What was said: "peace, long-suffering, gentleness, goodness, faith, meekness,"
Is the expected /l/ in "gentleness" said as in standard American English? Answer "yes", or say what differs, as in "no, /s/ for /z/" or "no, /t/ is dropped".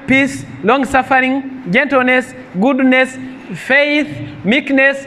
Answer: yes